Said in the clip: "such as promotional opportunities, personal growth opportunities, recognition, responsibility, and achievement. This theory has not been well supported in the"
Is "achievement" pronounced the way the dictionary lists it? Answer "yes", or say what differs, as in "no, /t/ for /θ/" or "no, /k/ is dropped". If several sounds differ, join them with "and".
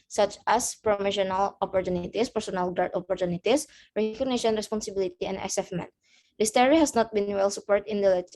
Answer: no, /s/ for /tʃ/